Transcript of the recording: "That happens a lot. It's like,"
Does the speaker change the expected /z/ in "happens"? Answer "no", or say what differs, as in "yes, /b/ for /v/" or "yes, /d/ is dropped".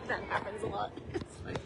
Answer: no